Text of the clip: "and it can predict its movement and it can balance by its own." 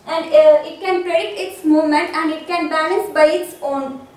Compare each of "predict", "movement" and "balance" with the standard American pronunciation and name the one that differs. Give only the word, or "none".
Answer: none